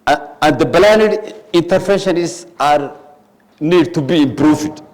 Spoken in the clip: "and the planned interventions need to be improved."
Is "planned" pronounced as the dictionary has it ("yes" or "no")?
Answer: no